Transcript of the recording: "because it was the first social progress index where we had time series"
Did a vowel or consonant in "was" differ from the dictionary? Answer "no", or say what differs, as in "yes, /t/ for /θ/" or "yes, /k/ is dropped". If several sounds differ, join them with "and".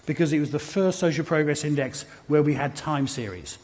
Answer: no